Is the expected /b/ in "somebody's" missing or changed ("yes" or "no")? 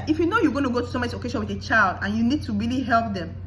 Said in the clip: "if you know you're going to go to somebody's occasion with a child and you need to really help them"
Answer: yes